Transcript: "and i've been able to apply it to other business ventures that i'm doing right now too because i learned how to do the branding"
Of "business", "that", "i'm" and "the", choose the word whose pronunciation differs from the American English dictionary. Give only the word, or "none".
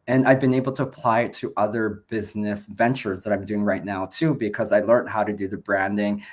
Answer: none